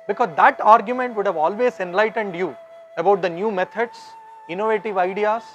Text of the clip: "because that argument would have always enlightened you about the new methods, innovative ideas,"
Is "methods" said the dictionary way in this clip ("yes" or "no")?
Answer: no